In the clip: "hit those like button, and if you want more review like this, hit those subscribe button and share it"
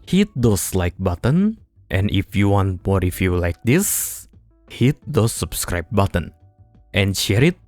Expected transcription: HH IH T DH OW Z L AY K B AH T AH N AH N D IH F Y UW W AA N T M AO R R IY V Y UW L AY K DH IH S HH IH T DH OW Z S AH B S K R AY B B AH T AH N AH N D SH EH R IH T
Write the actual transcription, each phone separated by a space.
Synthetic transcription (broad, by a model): HH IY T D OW S L AY K B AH T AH N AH N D IH F Y UW W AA N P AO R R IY F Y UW L AY K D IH S HH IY T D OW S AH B S K R AY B B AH T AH N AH N SH EH R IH T